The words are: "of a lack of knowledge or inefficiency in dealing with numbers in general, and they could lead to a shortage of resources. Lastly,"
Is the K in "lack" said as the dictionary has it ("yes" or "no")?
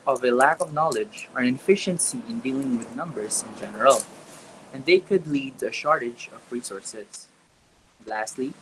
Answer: yes